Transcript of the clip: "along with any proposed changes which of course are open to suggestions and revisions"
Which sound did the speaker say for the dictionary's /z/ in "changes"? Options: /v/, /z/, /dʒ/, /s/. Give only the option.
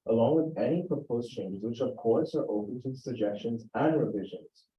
/z/